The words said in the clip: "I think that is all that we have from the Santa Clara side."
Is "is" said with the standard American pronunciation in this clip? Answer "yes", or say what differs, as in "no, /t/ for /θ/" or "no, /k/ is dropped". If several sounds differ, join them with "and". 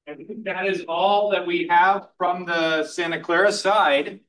yes